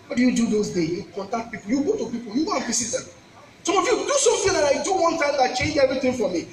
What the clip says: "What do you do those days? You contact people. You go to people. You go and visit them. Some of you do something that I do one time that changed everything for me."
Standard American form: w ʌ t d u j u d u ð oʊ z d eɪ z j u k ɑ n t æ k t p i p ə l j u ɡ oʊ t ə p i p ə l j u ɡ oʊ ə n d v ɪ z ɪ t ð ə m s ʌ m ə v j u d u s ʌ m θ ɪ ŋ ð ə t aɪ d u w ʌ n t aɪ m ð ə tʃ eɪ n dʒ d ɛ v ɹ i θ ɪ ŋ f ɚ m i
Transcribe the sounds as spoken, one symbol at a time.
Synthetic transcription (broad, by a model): w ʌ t d u j u d u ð oʊ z d eɪ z j u k ɑ n t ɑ k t p i p ə l j u ɡ oʊ t ə p i p ə l j u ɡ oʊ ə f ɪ s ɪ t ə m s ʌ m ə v j u d u s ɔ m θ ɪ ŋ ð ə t aɪ d u w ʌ n t aɪ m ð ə tʃ eɪ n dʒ ɛ v ɹ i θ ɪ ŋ f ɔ m i